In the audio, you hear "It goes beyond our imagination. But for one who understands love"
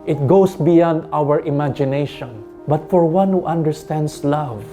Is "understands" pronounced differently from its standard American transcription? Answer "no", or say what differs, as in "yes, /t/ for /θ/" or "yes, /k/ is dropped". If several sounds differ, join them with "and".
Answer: yes, /s/ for /z/